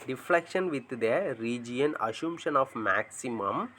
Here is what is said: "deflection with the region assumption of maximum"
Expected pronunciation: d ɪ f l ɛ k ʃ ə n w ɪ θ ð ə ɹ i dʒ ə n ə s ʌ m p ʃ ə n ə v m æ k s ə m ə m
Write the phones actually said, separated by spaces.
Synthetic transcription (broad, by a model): d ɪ f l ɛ k ʃ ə n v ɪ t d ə ɹ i dʒ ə n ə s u m ʃ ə n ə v m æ k s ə m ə m